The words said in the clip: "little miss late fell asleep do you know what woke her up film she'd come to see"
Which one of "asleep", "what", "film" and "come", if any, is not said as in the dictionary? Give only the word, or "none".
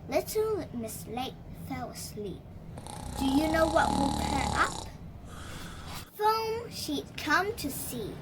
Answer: film